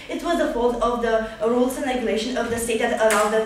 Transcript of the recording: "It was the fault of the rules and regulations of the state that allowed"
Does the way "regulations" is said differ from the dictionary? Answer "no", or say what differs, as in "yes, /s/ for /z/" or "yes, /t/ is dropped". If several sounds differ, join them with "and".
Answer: yes, /z/ is dropped